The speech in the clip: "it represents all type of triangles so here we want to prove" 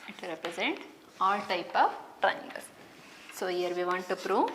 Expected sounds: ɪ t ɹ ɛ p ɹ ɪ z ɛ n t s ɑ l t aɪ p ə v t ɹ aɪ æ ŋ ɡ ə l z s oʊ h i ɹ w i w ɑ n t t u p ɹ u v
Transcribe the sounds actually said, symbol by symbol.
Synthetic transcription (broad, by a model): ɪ t ɹ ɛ p ɹ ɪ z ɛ n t ɑ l t aɪ p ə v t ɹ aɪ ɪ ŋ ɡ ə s s oʊ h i ɹ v i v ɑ n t t u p ɹ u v